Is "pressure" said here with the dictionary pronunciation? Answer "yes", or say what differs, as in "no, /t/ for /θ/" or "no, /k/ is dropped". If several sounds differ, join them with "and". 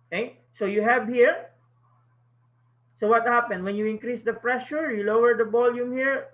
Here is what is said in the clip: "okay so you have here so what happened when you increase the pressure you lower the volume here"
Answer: no, /f/ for /p/